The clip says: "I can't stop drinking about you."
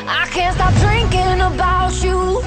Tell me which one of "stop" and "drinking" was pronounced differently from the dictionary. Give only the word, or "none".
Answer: none